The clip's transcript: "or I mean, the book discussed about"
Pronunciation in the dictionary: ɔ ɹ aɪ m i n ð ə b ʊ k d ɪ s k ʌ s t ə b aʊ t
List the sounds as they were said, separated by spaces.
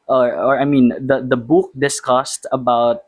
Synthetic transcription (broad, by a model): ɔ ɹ aɪ m i n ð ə b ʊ k d ɪ s k ʌ s t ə b aʊ t